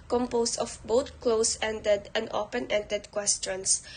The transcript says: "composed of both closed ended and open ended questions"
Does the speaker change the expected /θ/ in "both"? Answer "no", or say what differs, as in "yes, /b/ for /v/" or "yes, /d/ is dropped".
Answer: yes, /t/ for /θ/